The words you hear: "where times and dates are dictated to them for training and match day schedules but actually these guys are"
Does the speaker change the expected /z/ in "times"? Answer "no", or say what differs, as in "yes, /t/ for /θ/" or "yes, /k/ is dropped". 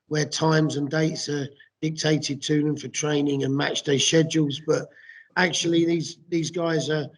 no